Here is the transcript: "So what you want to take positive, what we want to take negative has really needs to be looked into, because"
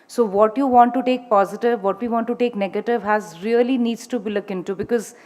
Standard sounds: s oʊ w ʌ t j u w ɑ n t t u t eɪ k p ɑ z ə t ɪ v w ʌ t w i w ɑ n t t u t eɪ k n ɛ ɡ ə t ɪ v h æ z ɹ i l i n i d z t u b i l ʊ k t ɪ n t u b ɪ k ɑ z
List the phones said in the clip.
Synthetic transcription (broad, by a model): s oʊ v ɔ t j u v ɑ n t t u t eɪ k p ɑ z ə t ɪ v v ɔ t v i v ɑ n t t u t eɪ k n ɛ ɡ ə t ɪ v h æ z ɹ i l i n i d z t u b i l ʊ k ɪ n t u b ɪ k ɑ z